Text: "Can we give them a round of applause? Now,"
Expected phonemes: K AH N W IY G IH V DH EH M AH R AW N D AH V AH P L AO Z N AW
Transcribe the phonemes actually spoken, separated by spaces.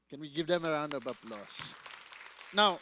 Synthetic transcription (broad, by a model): K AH N W IY G IH V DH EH M AH R AW N D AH B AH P L AO S N AW